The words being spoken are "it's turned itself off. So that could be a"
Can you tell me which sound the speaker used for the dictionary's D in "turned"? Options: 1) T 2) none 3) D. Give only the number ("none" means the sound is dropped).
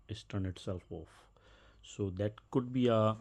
2